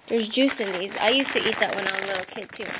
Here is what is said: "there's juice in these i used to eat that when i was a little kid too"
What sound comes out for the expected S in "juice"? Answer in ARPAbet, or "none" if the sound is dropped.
S